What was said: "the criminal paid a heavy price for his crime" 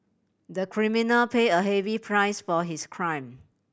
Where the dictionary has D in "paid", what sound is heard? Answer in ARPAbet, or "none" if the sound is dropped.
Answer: none